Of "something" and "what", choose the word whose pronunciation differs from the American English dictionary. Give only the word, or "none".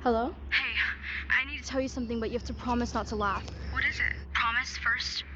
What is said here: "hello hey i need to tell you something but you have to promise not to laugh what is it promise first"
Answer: none